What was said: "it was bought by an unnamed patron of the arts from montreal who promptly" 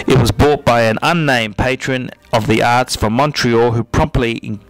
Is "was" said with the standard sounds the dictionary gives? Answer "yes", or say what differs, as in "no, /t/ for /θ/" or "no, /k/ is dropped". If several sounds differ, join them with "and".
yes